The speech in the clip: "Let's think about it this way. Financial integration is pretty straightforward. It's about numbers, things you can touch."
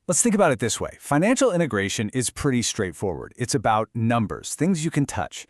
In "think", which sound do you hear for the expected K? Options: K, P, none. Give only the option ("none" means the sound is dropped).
K